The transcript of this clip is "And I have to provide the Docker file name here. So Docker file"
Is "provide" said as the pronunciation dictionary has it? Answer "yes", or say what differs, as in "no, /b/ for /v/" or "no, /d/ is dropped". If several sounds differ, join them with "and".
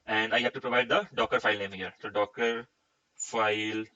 yes